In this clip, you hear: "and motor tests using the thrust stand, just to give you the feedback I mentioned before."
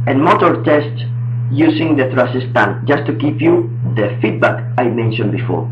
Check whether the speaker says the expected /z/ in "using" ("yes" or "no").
no